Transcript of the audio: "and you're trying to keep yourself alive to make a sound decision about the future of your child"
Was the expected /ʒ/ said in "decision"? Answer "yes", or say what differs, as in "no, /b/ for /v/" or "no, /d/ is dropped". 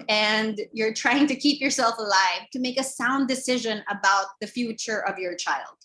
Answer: yes